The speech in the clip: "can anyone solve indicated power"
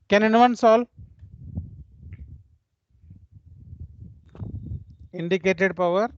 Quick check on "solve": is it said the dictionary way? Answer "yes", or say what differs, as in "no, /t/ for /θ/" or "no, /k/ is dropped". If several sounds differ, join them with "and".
no, /v/ is dropped